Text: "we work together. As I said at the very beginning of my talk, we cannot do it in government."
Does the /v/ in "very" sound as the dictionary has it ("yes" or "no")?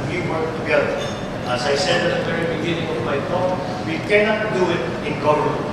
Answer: no